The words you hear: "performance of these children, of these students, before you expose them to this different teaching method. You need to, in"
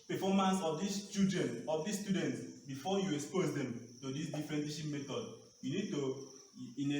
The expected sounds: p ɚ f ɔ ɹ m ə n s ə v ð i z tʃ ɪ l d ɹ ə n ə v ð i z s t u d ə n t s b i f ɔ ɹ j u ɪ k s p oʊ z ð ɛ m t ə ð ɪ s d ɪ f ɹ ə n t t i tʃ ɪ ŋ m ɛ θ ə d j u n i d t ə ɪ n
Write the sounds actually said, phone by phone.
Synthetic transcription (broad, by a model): p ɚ f ɔ m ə n s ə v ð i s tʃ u d ə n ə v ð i s t u d ə n t s b i f ɔ j u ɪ k s p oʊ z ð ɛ m t ə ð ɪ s d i f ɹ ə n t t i ʃ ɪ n m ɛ t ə d j u n i d t ə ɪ n